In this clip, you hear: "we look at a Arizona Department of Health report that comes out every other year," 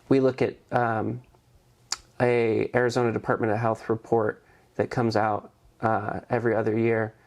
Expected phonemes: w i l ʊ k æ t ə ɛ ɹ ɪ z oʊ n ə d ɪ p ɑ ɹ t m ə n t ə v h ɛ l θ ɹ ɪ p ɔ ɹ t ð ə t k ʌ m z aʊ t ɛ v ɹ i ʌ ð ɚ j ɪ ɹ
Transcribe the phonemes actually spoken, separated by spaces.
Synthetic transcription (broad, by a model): w i l ʊ k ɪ t ə ɛ ɹ ɪ z oʊ n ə d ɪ p ɑ ɹ t m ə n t ə v h ɛ l θ ɹ ɪ p ɔ ɹ t ð ə t k ʌ m z aʊ t ɛ v ɹ i ʌ ð ɚ j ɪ ɹ